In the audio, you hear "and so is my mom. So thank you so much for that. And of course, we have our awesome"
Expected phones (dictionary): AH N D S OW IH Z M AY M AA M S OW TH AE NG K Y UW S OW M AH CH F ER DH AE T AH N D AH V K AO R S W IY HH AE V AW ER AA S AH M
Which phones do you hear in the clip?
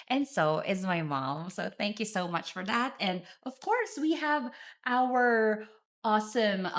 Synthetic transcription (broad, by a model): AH N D S OW IH Z M AY M AA M S OW TH AE NG K Y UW S OW M AH CH F ER DH AE T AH N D AH V K AO R S W IY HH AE V AW ER AA S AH M